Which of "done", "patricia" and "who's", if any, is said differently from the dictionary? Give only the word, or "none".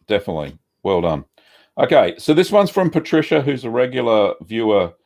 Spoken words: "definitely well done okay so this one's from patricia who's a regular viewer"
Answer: none